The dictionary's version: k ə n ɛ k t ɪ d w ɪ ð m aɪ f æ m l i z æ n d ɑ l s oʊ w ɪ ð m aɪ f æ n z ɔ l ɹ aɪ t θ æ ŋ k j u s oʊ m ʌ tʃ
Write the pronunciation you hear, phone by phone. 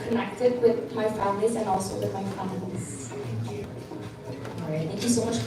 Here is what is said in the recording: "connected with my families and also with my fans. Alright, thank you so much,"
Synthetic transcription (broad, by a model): k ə n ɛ k t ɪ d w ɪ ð m aɪ f æ m l i z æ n ɑ l s oʊ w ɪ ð m aɪ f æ l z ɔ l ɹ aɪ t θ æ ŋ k j u s oʊ m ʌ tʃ